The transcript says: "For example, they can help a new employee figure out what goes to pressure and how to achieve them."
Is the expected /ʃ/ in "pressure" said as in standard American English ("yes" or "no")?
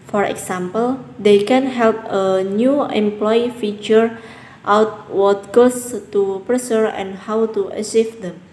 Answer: no